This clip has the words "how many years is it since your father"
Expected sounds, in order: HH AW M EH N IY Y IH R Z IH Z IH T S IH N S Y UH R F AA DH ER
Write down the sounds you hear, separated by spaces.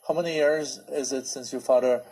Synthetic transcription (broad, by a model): HH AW M EH N IY Y IH R Z IH Z IH T S IH N S Y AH R F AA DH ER